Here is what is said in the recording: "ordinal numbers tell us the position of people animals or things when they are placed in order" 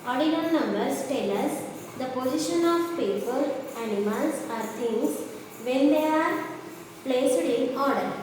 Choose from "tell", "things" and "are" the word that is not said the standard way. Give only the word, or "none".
things